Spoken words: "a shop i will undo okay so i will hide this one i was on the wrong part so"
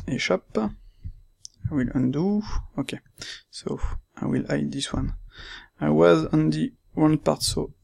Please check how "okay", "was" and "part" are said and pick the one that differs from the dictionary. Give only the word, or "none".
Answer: none